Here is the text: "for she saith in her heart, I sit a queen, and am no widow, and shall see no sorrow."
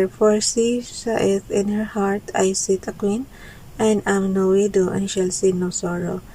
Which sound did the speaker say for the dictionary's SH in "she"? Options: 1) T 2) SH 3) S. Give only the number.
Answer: 3